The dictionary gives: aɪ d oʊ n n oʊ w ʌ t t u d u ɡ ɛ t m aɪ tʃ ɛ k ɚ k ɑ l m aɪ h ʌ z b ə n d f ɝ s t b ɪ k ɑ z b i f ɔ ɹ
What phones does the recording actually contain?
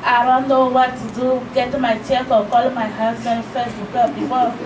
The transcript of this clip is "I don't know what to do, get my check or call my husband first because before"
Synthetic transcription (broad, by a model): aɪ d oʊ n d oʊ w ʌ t t u d u ɡ ɛ t m aɪ tʃ ɛ k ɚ k ɑ l m aɪ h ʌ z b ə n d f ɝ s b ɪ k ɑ b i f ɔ